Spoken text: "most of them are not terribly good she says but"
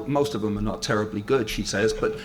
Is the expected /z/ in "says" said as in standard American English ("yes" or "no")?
yes